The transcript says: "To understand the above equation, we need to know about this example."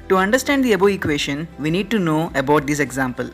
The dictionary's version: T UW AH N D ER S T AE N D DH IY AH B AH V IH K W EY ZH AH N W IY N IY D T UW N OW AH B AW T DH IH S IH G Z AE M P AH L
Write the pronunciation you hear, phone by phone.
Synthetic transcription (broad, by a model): T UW AH N D ER S T AE N D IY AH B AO IH K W EY SH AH N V IY N IY D T UW N OW AH B AW T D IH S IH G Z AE M P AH L